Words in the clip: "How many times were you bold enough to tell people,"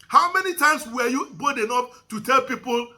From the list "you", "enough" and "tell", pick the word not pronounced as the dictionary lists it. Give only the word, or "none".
enough